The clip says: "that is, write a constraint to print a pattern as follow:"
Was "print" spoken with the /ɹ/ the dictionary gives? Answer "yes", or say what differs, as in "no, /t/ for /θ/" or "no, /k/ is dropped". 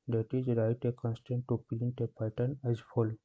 no, /l/ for /ɹ/